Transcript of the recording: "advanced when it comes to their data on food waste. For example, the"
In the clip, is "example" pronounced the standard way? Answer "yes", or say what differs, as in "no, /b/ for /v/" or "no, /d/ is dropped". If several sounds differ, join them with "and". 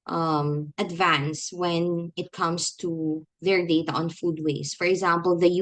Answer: yes